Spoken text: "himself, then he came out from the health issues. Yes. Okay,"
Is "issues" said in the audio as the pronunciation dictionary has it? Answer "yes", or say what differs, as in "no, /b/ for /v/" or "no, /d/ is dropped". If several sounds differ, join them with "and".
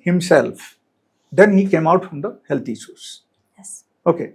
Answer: no, /s/ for /ʃ/